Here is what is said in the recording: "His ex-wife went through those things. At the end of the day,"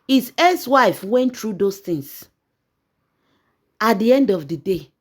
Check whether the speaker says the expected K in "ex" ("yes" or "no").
no